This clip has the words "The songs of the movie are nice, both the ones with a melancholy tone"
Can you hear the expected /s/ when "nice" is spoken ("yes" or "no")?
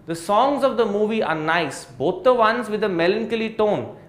yes